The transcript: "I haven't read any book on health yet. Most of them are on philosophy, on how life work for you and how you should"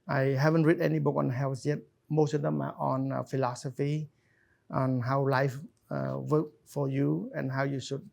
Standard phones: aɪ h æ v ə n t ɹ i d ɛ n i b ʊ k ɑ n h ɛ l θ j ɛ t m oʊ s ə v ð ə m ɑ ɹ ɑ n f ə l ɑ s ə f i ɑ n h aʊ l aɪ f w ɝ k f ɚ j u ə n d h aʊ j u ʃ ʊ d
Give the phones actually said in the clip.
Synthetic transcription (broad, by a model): aɪ h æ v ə n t ɹ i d ɛ n i b ʊ k ɑ n h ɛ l s j ɛ t m oʊ s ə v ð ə m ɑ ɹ ɑ n f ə l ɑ s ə f i ɑ n h aʊ l aɪ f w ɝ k f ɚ j u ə n h aʊ j u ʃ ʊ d